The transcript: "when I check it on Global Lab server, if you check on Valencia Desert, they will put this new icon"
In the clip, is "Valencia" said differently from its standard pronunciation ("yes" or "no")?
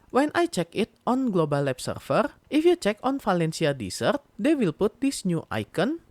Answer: yes